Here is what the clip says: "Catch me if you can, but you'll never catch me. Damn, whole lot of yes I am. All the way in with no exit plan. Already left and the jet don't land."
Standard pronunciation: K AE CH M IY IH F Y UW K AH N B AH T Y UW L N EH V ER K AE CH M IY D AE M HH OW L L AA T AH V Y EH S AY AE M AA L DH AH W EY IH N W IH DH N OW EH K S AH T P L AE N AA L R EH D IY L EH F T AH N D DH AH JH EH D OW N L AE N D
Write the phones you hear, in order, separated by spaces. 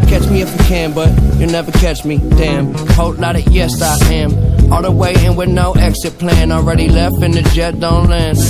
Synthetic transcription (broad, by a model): K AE CH M IY IH F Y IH K AH N B AH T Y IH N EH V ER K AE CH M IY D AE M HH OW L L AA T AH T Y EH S AY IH M AA L DH AH W EY IH N W IH DH N OW EH K S AH T P L AE N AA L R EH D IY L EH F T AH N DH AH JH EH D OW N L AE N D